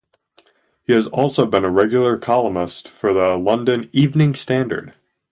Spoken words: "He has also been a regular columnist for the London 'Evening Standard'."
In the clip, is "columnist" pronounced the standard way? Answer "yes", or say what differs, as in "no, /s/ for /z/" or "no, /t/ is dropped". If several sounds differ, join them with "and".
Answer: no, /n/ is dropped